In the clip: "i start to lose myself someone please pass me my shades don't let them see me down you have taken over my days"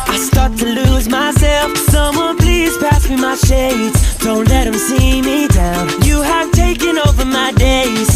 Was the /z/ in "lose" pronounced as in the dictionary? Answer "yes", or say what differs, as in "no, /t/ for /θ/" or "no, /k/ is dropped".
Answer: yes